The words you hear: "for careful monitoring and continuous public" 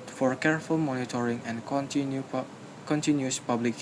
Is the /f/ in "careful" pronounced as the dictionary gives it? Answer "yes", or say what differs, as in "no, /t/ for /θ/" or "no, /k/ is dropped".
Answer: yes